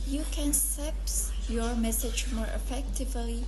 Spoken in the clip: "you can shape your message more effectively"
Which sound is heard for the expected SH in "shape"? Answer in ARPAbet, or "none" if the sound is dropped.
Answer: S